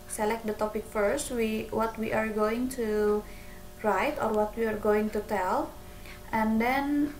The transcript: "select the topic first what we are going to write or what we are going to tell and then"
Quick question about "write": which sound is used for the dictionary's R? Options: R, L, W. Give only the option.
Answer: R